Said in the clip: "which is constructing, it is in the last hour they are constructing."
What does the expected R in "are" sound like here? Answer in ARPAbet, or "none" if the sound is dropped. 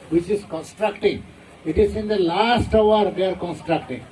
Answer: R